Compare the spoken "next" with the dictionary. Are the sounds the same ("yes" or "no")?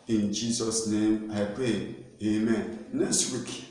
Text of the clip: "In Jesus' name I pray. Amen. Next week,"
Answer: no